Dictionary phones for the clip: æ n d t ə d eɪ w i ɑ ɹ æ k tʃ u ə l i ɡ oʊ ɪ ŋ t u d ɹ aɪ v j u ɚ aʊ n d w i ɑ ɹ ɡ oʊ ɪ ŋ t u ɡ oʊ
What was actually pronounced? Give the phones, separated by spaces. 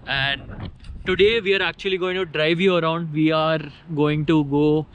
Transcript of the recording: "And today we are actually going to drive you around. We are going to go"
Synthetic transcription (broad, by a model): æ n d t ə d eɪ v i ɑ ɹ æ k tʃ u ə l i ɡ oʊ ɪ ŋ t u d ɹ aɪ v j u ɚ aʊ n d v i ɑ ɹ ɡ oʊ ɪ ŋ t u ɡ oʊ